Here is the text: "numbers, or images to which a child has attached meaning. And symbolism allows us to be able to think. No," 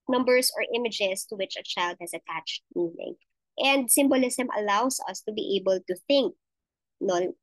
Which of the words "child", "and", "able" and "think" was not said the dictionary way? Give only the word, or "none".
none